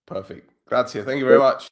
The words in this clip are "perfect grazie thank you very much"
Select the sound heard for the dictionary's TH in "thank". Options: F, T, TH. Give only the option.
TH